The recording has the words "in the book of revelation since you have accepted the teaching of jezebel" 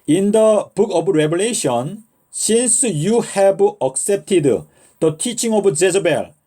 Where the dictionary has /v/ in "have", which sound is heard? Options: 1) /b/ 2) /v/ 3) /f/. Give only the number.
1